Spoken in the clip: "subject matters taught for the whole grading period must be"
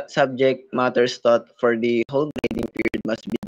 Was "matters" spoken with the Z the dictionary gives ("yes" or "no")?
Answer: no